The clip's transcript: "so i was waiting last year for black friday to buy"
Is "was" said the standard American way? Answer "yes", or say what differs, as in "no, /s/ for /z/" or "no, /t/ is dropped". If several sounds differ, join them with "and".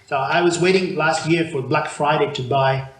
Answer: yes